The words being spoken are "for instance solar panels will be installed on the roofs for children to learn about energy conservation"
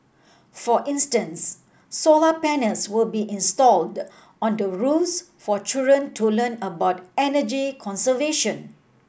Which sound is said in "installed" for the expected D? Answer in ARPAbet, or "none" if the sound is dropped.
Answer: D